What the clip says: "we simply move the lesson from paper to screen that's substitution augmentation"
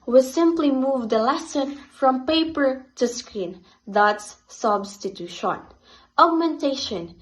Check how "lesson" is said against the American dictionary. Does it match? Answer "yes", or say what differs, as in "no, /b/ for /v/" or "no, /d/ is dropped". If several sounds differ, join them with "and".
yes